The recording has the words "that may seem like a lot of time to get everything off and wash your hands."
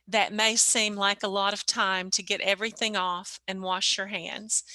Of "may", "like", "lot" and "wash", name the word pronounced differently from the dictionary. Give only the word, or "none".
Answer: none